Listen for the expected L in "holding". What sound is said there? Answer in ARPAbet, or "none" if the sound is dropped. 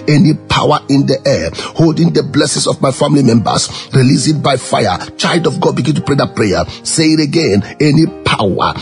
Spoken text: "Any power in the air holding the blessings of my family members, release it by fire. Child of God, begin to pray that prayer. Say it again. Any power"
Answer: L